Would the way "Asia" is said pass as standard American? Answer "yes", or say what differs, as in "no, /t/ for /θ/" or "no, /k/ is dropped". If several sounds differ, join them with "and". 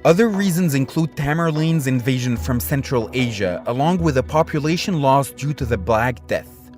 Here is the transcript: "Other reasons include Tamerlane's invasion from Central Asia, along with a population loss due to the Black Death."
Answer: yes